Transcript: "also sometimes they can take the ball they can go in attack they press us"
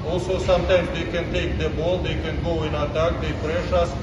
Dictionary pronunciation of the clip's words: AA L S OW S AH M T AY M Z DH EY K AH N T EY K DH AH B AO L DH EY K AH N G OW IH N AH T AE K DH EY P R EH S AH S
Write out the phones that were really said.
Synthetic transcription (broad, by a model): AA L S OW S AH M T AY M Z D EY K AH N T EY K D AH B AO L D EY K AH N G OW IH N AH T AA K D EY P R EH SH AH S